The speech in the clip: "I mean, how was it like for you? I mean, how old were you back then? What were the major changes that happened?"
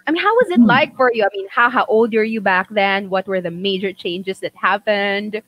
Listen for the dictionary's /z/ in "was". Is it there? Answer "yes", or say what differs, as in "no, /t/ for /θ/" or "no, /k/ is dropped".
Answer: yes